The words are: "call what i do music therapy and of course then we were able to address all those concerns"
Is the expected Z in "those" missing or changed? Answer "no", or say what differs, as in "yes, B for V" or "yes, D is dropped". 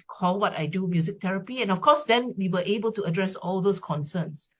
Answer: yes, S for Z